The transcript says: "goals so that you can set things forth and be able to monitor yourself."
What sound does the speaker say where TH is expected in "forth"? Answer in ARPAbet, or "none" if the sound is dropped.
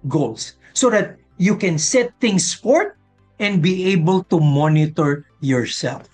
T